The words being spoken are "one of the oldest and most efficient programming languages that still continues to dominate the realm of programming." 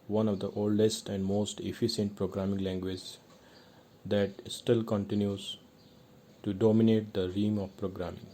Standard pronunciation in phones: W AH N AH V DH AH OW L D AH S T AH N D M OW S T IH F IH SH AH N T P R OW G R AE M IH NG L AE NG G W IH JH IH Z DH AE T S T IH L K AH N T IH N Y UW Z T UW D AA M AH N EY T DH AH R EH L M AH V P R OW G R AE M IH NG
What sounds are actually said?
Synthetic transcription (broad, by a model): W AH N AH V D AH OW L D AH S T AH N D M OW S T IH F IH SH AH N T P R OW G R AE M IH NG L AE NG G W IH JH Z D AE T S T IH L K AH N T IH N Y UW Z T UW D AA M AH N EY T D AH R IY M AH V P R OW G R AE M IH NG